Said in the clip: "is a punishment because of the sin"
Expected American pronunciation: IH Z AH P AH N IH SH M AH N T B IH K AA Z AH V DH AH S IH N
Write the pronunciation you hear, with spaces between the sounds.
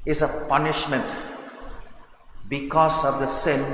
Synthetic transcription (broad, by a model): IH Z AH P AH N IH SH M AH N T B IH K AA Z AH V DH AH S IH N